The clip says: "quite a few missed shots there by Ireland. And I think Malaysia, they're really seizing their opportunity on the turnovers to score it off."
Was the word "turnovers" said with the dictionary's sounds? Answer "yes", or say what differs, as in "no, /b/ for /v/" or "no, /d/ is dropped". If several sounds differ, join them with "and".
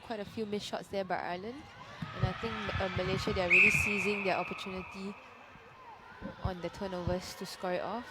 no, /s/ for /z/